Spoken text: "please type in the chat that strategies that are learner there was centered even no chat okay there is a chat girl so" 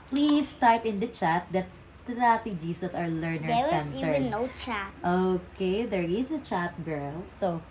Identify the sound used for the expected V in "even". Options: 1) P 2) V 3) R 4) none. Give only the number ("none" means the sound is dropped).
4